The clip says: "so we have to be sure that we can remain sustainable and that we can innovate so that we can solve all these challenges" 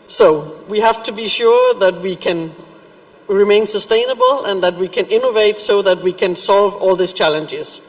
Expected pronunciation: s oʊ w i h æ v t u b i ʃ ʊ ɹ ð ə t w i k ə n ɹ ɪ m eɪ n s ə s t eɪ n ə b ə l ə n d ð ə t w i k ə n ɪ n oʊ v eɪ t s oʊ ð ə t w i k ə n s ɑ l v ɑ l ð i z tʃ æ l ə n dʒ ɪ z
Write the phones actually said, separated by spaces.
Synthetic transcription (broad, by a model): s oʊ w i h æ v t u b i ʃ ʊ ɹ ð ə t w i k ə n ɹ ɪ m eɪ n s ə s t eɪ n ə b ə l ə n ð ə t w i k ə n ɪ n oʊ v eɪ t s oʊ ð ə t w i k ə n s ɑ l v ɑ l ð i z tʃ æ l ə n dʒ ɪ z